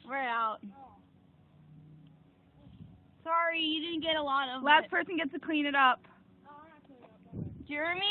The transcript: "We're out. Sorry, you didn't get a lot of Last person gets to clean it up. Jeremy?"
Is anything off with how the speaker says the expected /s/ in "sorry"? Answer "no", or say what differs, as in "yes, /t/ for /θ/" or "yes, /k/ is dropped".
no